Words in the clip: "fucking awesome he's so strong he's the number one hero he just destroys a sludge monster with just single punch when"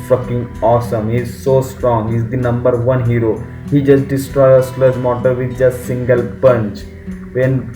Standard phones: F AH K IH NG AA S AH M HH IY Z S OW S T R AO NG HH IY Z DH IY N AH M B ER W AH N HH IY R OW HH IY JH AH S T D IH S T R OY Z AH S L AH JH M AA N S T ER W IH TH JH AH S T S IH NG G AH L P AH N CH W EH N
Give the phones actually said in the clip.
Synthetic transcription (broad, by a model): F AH K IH NG AA S AH M HH IY Z S OW S T R AO NG HH IY Z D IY N AH M B ER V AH N HH IY R OW HH IY JH AH S T D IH S T R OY AH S L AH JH M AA T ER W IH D JH AH S T S IH NG G AH L P AH N CH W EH N